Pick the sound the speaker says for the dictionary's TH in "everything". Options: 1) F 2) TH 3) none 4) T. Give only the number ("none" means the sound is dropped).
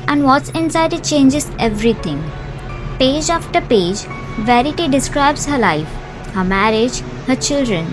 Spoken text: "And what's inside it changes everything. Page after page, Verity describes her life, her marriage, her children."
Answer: 4